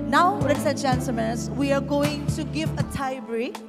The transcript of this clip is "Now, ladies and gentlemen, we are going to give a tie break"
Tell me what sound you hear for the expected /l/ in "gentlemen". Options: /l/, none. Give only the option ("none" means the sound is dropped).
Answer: none